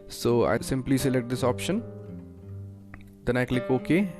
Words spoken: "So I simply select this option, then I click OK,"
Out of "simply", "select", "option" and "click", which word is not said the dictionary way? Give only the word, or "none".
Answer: none